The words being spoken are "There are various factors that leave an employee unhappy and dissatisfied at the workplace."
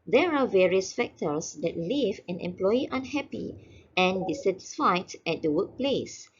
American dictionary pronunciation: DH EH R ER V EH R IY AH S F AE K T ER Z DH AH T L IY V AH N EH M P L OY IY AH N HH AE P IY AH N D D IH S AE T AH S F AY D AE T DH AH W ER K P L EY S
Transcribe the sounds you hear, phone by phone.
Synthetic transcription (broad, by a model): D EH R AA V EH R IY AH S F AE K T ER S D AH T L IY V AH N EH M P L OY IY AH N HH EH P IY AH N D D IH S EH T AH S F AY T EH T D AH W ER K P L EY S